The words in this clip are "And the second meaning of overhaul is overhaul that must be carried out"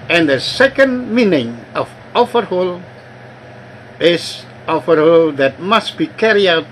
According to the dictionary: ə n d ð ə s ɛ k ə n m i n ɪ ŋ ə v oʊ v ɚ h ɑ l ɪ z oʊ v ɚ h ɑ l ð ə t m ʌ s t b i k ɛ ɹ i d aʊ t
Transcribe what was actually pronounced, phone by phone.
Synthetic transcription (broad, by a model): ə n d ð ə s ɛ k ə n m i n ɪ ŋ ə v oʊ f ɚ h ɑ l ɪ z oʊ f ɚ h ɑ l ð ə t m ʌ s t b i k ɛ ɹ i aʊ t